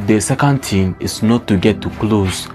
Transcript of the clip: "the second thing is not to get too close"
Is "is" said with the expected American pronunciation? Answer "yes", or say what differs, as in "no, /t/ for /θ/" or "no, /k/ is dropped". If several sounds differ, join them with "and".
no, /s/ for /z/